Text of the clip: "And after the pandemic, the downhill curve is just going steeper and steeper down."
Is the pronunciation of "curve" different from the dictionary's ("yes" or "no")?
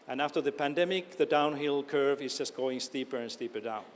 no